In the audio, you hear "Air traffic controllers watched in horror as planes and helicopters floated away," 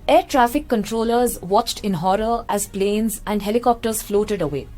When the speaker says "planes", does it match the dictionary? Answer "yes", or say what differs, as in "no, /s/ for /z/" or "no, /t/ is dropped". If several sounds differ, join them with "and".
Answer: yes